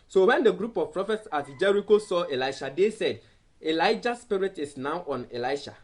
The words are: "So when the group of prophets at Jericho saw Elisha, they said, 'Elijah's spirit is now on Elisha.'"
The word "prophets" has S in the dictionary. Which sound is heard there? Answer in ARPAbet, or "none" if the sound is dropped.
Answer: S